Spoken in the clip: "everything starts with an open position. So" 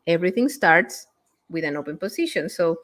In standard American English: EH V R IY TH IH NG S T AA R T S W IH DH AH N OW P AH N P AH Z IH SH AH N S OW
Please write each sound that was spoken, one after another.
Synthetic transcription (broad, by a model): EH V R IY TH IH NG S T AA R T S W IH DH AH N OW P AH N P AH S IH SH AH N S OW